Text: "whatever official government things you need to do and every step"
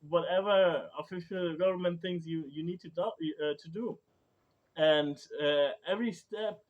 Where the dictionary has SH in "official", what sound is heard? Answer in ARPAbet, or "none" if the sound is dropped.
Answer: SH